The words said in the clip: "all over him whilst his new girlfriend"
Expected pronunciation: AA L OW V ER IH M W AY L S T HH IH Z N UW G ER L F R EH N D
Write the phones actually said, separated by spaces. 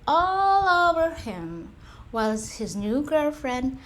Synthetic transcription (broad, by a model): AA L OW V ER IH M W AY L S HH IH Z N UW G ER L F R EH N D